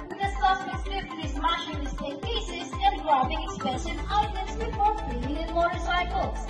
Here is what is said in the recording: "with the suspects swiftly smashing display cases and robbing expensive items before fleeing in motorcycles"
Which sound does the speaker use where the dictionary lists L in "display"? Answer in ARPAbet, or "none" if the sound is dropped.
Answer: none